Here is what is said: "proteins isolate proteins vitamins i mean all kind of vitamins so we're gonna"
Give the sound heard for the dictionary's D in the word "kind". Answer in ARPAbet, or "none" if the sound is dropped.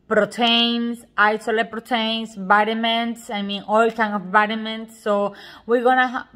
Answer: none